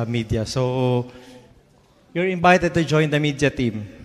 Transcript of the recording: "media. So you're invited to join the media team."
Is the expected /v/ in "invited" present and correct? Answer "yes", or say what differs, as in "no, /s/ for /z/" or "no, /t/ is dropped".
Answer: no, /b/ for /v/